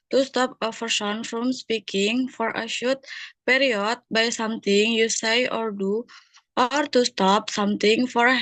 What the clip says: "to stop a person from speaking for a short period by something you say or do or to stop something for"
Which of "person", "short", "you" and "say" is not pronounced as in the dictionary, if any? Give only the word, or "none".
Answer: person